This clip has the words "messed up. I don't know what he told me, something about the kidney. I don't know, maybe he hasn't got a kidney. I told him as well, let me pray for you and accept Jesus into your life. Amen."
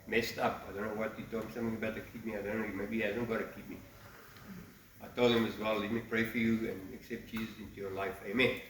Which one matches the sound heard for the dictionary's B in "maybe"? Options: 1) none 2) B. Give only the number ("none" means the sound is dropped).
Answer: 1